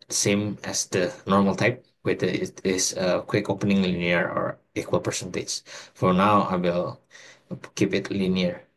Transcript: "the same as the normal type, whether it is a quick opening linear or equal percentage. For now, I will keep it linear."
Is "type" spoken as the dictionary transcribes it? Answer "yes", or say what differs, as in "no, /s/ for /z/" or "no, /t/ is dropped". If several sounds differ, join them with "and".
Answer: yes